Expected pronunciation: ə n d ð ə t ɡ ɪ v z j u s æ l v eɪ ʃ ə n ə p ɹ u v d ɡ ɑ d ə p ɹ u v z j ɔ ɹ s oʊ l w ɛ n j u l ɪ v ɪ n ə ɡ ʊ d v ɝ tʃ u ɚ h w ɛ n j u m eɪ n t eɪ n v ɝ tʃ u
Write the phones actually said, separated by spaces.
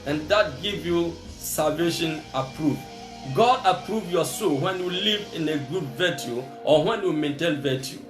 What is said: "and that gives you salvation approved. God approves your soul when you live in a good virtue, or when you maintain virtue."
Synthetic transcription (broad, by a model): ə n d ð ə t ɡ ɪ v j u s æ l v eɪ ʃ ə n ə p ɹ u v ɡ ɑ d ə p ɹ u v j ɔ s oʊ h w ɛ n j u l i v ɪ n ə ɡ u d v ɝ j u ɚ h w ɛ n j u m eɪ n t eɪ l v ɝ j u